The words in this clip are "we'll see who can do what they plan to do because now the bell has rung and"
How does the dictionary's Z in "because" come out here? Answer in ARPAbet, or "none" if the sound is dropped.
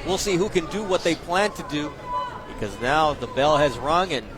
Z